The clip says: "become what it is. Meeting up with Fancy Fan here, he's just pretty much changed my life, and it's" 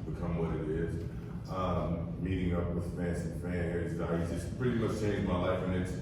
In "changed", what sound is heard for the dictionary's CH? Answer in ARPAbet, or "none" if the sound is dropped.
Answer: S